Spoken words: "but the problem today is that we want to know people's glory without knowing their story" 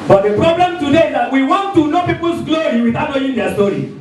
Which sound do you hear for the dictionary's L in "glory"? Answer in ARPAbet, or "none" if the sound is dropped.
L